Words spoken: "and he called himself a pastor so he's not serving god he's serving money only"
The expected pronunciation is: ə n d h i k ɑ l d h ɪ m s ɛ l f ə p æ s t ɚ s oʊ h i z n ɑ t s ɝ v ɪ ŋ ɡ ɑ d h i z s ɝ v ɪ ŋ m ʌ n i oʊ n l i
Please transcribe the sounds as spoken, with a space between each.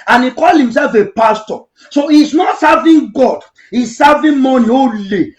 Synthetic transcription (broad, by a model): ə n i k ɑ l h ɪ m s ɛ l f ə p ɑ s t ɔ s oʊ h i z n ɑ t s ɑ v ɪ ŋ ɡ ɑ d h i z s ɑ v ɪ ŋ m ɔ n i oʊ l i